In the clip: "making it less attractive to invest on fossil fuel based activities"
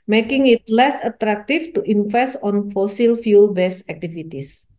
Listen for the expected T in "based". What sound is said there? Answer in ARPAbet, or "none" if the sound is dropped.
none